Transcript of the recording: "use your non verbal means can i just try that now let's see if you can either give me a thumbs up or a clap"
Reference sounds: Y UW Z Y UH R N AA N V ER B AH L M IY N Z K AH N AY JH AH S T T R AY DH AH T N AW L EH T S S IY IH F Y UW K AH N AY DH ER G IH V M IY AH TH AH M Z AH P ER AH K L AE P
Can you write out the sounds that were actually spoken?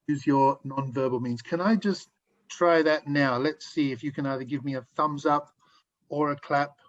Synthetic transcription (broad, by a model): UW Z Y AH R N AA N V ER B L M IY N Z K AH N AY JH AH S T T R AY DH AH T N AW L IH T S S IY IH F Y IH K AH N AY DH ER G IH V M IY AH TH AH M Z AH P ER AH K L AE P